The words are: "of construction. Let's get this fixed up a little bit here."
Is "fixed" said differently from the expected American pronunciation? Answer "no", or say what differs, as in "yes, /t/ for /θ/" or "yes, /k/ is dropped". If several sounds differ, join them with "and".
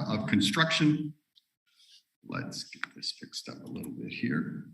no